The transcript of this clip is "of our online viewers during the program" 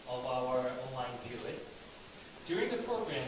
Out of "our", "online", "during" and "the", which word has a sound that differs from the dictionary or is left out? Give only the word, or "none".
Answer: none